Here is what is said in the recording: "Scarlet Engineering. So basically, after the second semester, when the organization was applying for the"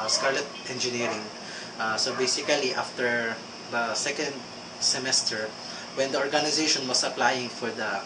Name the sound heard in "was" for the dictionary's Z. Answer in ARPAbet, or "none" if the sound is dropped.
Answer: S